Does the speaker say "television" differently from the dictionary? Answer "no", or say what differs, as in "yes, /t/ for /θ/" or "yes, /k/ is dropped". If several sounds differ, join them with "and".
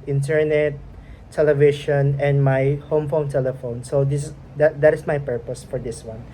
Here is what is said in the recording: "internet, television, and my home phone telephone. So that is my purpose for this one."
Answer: yes, /ʃ/ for /ʒ/